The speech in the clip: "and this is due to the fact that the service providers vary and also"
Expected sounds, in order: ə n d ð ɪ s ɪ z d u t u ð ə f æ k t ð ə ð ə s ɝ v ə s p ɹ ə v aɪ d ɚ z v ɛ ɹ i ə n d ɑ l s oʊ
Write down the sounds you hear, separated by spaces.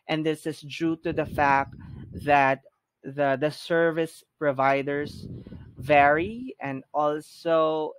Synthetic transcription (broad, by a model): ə n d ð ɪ s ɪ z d u t u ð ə f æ k t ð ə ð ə s ɝ v ə s p ɹ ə v aɪ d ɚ s v ɛ ɹ i ə n d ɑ l s oʊ